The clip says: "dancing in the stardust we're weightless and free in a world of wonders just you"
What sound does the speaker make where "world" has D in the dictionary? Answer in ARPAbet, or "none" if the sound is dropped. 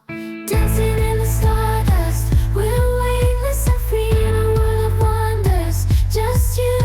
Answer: none